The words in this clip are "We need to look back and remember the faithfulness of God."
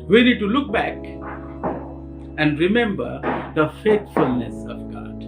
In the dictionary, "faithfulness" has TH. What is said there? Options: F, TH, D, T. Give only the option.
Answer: T